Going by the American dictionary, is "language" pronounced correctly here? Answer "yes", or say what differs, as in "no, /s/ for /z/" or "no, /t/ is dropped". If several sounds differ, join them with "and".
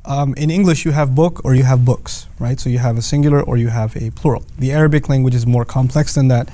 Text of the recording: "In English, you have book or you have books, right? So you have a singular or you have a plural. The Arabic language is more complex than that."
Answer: yes